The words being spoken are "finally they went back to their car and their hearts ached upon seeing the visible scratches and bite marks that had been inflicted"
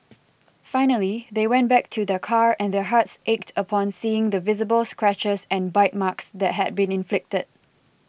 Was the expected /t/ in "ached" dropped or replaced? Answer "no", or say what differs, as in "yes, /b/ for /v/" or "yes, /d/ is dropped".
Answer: no